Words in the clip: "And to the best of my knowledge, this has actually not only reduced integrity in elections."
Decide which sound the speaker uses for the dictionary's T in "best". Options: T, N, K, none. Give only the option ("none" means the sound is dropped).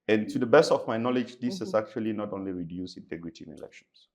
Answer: T